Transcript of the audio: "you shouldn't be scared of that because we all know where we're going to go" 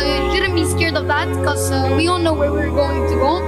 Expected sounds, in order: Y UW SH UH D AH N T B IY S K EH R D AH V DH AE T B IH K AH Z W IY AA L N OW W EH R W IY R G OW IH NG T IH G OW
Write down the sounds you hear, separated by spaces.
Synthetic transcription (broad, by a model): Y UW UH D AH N B IY S K EH R D AH V DH AE T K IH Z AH W IY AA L N OW W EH R W IY R G OW IH NG T IH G OW